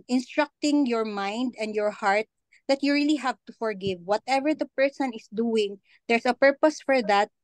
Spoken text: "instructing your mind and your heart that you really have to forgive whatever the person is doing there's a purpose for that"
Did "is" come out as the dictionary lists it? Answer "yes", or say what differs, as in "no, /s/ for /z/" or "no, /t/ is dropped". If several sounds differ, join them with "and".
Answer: no, /s/ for /z/